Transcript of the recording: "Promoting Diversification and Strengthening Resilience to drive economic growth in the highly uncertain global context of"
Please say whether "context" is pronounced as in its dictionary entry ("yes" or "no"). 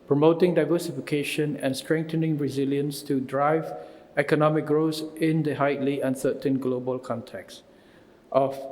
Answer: yes